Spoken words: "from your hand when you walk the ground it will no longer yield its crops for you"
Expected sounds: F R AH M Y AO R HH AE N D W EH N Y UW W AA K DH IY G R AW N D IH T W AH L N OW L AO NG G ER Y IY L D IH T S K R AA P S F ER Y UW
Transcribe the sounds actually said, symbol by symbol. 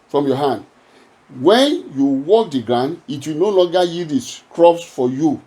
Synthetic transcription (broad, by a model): F R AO M Y AO HH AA N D W EH N Y UW W AA K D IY G R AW N D IH T W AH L N OW L AO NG G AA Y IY D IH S K R AA P S F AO Y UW